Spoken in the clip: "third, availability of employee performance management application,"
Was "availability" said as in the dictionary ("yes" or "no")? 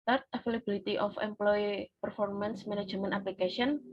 no